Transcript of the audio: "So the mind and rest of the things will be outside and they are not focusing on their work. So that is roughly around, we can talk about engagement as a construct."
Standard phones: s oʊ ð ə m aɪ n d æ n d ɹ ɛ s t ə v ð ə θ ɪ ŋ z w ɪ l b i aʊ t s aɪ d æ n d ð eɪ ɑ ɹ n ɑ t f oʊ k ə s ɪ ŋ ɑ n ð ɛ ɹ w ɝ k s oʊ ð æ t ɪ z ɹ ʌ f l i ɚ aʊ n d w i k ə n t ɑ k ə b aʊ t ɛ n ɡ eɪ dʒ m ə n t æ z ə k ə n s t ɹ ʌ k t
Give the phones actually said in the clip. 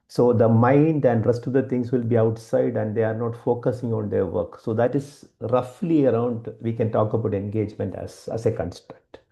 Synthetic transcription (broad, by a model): s oʊ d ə m aɪ n d æ n d ɹ ɛ s t ə v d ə t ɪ ŋ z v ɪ l b i aʊ t s aɪ d æ n d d eɪ ɑ ɹ n ɑ t f oʊ k ə s ɪ ŋ ɑ n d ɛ ɹ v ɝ k s oʊ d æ t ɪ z ɹ ʌ f l i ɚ aʊ n d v i k ə n t ɑ k ə b aʊ t ɛ n ɡ eɪ dʒ m ə n t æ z ə k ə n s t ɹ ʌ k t